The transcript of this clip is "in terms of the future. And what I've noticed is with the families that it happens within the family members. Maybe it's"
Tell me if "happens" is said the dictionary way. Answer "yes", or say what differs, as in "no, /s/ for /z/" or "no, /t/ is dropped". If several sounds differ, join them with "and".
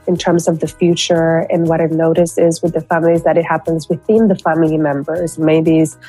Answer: yes